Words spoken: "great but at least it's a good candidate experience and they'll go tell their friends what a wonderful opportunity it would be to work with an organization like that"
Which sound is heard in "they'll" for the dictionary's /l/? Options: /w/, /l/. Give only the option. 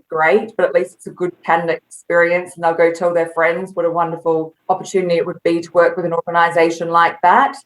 /l/